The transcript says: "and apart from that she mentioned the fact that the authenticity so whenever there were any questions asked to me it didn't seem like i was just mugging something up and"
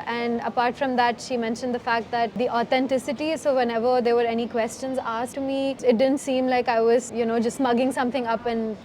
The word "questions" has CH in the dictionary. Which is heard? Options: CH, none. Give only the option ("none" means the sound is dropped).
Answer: CH